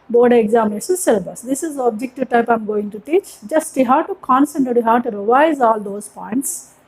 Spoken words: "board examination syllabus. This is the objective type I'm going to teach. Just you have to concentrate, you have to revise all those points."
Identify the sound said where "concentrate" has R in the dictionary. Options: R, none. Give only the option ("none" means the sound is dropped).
none